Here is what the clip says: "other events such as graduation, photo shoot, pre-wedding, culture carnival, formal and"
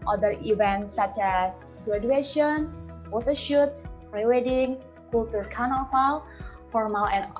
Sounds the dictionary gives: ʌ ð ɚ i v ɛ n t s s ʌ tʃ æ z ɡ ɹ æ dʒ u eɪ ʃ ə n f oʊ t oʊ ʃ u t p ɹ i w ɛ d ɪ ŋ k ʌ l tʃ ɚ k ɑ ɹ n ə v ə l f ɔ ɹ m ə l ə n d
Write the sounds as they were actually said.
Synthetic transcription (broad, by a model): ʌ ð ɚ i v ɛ n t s s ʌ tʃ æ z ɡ ɹ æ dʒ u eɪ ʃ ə n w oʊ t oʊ ʃ u t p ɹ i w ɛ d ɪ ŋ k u l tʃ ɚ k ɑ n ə f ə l f ɔ ɹ m ə l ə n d